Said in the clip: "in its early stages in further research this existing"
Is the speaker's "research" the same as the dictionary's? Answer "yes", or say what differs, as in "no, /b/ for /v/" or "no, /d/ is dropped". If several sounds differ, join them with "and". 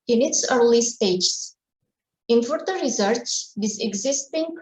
no, /s/ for /tʃ/